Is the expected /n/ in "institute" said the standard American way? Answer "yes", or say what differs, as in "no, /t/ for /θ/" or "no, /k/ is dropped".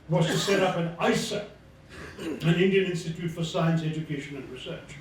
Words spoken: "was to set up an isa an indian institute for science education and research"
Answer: yes